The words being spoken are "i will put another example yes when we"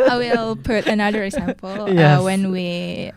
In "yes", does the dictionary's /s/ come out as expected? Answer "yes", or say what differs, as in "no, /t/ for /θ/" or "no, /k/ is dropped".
no, /s/ is dropped